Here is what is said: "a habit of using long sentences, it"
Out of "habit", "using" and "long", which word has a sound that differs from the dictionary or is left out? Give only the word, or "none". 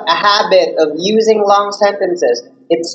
none